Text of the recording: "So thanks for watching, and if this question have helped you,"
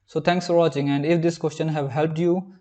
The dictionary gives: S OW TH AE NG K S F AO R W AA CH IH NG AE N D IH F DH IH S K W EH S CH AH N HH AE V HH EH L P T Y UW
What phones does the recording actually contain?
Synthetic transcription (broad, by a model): S OW T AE NG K S F AO R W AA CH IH NG AE N D IH F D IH S K W EH S CH AH N HH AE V HH EH L P T Y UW